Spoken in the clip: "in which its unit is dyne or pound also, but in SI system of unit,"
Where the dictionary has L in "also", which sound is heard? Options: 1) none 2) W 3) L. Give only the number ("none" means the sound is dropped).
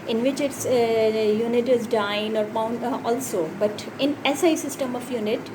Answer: 3